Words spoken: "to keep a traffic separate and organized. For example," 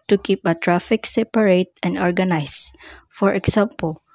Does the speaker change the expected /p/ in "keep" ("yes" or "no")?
no